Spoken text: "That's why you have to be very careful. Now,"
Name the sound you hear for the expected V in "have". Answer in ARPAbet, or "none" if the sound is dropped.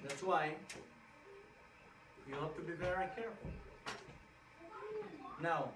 P